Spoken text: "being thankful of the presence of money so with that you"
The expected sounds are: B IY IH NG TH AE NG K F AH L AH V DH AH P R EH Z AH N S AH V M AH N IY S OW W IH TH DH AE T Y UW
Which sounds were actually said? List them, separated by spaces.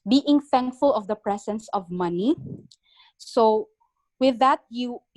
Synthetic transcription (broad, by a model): B IY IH NG TH AE NG K F AH L AH V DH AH P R EH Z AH N S AH V M AH N IY S OW W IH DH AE T Y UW